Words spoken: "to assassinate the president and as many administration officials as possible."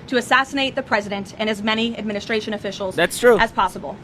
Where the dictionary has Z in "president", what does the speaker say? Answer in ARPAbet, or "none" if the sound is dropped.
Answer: Z